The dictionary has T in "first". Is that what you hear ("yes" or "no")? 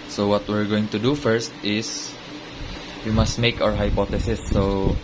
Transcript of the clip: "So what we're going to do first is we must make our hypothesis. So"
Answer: yes